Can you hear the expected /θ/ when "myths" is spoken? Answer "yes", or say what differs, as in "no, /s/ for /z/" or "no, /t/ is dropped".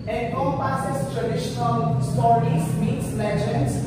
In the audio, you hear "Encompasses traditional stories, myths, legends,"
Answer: no, /t/ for /θ/